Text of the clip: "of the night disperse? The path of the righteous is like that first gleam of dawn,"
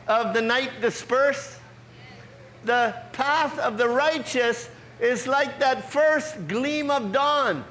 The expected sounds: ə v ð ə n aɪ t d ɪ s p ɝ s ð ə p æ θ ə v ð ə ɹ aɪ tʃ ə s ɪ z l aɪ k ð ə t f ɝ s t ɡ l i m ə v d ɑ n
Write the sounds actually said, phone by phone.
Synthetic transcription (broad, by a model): ə v ð ə n aɪ t d ɪ s p ɝ s ð ə p æ θ ə v ð ə ɹ aɪ tʃ ə s ɪ z l aɪ k ð ə t f ɝ s t ɡ l i m ə v d ɑ n